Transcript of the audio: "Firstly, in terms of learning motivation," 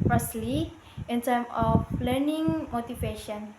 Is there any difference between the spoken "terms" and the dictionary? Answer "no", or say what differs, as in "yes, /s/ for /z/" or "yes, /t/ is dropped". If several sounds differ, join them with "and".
yes, /z/ is dropped